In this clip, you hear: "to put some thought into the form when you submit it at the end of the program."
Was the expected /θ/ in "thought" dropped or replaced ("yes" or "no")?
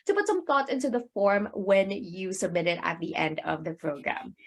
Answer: no